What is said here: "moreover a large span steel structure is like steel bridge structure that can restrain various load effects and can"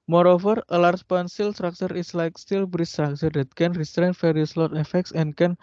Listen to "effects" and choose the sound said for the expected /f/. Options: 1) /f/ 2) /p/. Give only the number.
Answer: 1